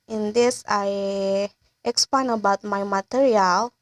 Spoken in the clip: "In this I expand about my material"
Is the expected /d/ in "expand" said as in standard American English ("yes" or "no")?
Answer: no